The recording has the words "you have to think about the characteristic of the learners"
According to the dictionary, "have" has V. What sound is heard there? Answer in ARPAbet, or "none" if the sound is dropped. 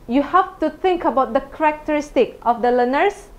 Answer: F